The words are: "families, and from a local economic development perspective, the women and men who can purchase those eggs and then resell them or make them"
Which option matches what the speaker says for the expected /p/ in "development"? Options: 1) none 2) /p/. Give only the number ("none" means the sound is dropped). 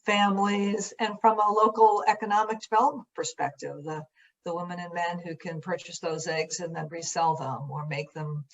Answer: 1